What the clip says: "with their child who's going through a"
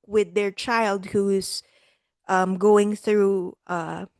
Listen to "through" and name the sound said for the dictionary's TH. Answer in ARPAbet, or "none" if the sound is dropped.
TH